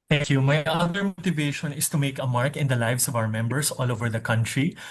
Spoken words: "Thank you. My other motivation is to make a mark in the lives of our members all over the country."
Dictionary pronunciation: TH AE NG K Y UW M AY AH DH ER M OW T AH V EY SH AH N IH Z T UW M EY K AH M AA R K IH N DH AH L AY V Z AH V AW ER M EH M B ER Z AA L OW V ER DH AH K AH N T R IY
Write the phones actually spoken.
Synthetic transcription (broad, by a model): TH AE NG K Y UW M AY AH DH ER M OW T AH V EY SH AH N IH S T UW M EY K AH M AA R K IH N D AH L AY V S AH V AW ER M EH M B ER S AA L OW V ER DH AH K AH N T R IY